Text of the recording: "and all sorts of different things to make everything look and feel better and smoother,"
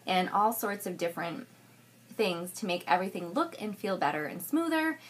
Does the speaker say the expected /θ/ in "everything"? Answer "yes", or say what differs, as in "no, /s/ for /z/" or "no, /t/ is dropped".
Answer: yes